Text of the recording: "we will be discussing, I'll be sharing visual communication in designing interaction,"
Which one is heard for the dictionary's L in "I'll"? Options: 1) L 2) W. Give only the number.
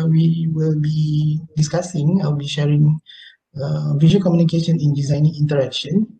2